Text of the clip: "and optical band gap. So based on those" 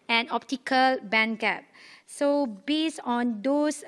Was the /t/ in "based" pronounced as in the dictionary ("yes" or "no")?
no